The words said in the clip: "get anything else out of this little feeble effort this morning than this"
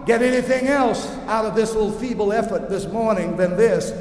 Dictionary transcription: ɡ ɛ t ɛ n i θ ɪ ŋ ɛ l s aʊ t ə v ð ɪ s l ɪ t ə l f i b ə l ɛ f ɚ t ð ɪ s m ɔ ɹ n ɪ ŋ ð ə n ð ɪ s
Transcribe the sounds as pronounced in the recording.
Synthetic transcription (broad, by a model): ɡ ɛ t ɛ n i θ ɪ ŋ ɛ l s aʊ t ə v ð ɪ s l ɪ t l f i b l ɛ f ɚ t ð ɪ s m ɔ ɹ n ɪ ŋ ð ə n ð ɪ s